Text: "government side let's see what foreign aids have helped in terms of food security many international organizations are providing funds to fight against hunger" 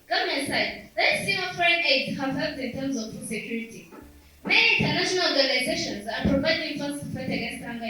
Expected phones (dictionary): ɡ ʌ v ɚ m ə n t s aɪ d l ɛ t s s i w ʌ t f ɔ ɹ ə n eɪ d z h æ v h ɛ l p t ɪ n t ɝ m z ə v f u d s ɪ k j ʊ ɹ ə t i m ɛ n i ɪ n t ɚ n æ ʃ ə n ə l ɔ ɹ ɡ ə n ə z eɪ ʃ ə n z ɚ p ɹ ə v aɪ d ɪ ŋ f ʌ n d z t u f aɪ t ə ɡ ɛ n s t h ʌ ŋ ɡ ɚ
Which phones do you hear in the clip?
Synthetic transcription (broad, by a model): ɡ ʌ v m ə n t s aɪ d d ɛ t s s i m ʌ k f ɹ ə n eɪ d h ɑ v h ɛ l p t ɪ n t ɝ m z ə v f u s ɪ k j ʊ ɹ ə t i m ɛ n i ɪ n t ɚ n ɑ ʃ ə n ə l ɔ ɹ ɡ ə n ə z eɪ ʃ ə n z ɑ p ɹ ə b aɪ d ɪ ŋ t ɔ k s t u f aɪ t ə ɡ ɛ n s t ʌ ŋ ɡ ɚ